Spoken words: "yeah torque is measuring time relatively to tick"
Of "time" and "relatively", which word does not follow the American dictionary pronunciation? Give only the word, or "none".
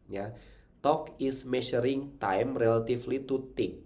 relatively